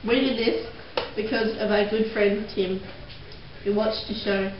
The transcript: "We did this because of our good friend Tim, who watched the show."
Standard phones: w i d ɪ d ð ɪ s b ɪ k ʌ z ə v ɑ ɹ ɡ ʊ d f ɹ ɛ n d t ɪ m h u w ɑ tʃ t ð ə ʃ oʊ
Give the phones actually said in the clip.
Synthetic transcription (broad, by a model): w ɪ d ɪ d ð ɪ s b ɪ k ʌ z ə v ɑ ɡ ʊ d f ɹ ɛ n d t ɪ m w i w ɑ tʃ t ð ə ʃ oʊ